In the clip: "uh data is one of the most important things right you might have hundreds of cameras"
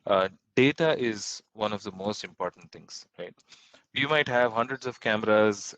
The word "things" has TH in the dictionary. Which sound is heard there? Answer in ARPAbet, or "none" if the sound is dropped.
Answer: T